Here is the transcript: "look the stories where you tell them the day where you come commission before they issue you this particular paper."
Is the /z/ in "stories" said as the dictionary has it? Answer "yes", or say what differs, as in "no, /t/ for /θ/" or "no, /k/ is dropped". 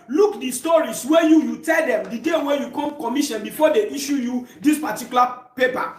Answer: no, /s/ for /z/